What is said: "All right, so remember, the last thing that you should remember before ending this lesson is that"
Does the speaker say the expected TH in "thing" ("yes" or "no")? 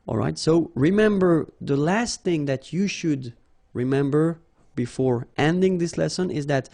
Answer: yes